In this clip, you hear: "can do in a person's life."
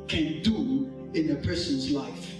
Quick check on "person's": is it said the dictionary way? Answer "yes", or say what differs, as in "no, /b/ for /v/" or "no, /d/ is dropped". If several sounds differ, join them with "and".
yes